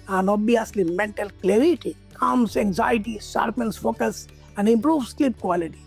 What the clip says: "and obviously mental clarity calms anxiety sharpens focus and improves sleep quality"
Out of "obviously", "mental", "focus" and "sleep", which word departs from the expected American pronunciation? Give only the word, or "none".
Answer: obviously